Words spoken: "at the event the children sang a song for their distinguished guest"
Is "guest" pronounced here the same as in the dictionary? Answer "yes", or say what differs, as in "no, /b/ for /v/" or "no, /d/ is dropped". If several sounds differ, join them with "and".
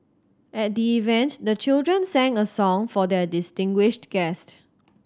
yes